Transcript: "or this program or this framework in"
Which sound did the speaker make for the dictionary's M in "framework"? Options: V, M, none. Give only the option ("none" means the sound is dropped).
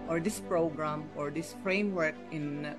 M